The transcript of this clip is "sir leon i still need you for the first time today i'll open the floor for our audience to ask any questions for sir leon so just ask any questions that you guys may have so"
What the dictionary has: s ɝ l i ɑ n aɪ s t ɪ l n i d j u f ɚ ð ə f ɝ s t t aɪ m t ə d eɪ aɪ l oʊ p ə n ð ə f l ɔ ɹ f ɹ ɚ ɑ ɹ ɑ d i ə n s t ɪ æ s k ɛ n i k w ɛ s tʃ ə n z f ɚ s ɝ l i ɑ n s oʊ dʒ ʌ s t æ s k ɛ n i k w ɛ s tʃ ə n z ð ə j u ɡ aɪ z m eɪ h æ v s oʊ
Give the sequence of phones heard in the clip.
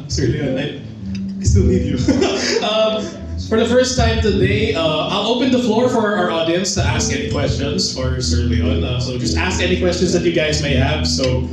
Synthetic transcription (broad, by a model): s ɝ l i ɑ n aɪ s t ɪ l i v j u f ɚ ð ə f ɝ s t t aɪ m t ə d eɪ aɪ l oʊ p ə n ð ə f l ɔ ɹ f ɹ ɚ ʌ ɹ ɑ d i ə n s t ɪ æ s k ɛ n i k w ɛ s tʃ ə n z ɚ s ɝ l i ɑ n s oʊ dʒ ʌ s t æ s k ɛ n i k w ɛ s tʃ ə n z ð ə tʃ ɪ ɡ aɪ z m eɪ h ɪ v s oʊ